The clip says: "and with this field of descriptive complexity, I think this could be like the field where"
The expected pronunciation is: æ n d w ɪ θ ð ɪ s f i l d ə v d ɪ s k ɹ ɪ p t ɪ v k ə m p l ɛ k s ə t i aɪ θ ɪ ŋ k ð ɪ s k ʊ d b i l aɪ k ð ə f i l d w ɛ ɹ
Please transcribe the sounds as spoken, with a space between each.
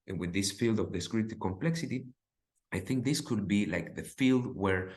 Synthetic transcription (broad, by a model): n w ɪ ð ɪ s f i l d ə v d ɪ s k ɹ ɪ t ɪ k ə m p l ɛ k s ə t i aɪ θ ɪ ŋ k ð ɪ s k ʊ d b i l aɪ k ð ə f i l d w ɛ ɹ